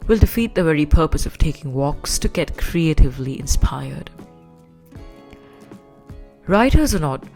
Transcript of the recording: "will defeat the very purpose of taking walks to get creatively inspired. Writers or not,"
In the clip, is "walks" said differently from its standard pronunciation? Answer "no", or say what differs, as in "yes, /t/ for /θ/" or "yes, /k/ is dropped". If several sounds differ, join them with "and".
no